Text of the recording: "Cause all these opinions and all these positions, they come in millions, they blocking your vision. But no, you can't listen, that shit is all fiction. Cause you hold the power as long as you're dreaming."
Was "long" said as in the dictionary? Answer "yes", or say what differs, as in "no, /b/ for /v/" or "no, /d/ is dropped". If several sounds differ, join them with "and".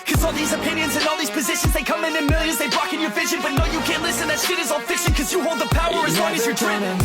no, /w/ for /l/